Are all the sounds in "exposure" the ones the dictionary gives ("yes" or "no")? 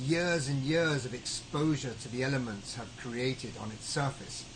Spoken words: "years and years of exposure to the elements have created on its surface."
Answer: yes